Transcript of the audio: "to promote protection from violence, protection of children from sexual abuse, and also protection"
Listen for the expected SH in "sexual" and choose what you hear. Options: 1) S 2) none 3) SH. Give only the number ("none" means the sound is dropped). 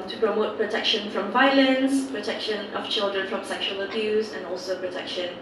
3